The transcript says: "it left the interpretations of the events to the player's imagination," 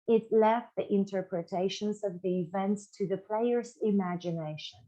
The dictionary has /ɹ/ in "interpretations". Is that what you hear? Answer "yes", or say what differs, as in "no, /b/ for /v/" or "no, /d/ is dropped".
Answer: yes